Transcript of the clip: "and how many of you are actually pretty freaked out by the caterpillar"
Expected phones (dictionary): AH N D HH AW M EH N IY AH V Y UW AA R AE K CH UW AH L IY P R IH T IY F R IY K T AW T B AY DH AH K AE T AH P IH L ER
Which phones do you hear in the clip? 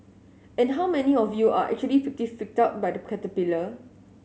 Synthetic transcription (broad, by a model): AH N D HH AW M EH N IY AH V Y UW AA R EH K CH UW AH L IY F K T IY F IY K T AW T B AY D AH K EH T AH P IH L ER